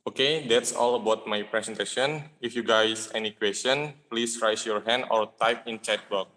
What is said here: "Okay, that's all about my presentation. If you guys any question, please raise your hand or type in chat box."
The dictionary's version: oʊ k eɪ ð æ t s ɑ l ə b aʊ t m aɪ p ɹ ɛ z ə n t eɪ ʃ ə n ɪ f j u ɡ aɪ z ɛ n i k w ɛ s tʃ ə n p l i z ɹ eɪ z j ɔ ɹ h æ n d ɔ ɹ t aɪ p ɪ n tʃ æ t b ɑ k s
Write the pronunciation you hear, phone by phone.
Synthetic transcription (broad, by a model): oʊ k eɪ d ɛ t s ɑ l ə b aʊ t m aɪ p ɹ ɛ s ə n t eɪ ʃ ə n ɪ f j u ɡ aɪ s ɛ n i k w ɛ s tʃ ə n p l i s ɹ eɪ s j ɔ ɹ h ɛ n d ɔ ɹ t aɪ p ɪ n tʃ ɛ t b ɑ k